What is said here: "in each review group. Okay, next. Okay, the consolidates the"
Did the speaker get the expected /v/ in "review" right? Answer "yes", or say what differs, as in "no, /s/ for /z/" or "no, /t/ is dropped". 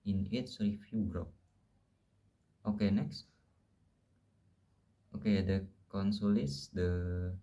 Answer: no, /f/ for /v/